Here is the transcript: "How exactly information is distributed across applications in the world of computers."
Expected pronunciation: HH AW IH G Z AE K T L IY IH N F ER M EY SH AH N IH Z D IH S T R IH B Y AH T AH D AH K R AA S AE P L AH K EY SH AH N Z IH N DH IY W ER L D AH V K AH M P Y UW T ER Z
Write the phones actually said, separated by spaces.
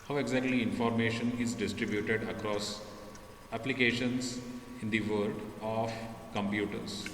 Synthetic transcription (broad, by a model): HH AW IH G Z AE K T L IY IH N F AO M EY SH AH N IH Z D IH S T R IH B Y AH T AH D AH K R AA S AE P L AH K EY SH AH N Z IH N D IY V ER D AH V K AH M P Y UW T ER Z